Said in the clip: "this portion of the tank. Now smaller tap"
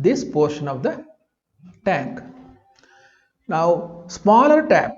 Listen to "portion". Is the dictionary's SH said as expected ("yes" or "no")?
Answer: yes